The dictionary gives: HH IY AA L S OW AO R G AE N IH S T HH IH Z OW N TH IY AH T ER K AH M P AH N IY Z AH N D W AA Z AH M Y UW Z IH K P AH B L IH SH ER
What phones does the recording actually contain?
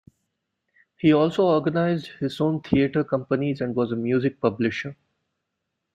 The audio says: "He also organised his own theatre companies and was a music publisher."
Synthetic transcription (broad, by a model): HH IY AA L S OW AO R G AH N IH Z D HH IH Z OW N T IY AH T ER K AH M P AH N IY Z AH N D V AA Z AH M Y UW Z IH K P AH B L IH SH ER